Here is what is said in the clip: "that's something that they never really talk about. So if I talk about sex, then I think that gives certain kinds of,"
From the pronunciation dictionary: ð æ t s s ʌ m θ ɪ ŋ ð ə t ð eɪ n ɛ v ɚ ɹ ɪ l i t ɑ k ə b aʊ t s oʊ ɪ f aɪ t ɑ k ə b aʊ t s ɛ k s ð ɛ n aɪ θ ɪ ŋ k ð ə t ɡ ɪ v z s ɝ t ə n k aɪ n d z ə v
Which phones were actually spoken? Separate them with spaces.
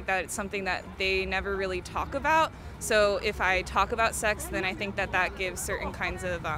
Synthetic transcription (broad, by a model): ð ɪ t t s ʌ m θ ɪ ŋ ð ə t ð eɪ n ɛ v ɚ ɹ ɪ l i t ɑ k ə b aʊ t s oʊ ɪ f aɪ t ɑ k ə b aʊ t s ɛ k s ð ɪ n aɪ θ ɪ ŋ k ð ə t ɡ ɪ v z s ɝ t n k aɪ n d z ə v